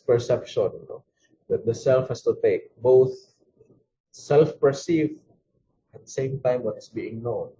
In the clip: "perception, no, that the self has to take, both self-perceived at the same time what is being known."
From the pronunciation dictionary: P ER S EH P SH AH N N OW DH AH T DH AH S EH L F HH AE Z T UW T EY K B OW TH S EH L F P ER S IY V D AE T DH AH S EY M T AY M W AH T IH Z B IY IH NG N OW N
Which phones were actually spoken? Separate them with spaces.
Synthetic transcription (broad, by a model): P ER S EH P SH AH N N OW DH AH T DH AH S EH L F HH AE S T UW T EY K B OW TH S EH L F P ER S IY V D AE T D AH S EY M T AY M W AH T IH S B IY IH NG N OW N